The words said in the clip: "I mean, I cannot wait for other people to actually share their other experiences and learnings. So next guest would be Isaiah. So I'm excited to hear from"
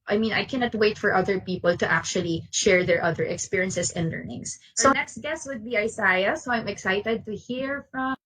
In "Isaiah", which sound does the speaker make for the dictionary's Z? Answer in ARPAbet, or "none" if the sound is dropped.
S